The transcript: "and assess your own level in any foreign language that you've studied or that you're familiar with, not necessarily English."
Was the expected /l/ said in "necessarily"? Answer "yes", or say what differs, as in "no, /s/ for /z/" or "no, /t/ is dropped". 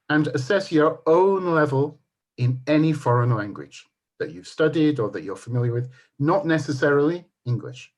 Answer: yes